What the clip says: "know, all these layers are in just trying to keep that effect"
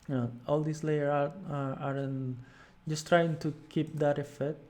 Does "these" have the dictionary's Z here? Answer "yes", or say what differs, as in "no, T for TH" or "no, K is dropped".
no, S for Z